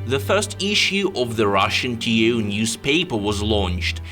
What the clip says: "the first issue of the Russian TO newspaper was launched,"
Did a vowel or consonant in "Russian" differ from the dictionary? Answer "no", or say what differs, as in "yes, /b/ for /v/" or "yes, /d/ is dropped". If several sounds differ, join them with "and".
no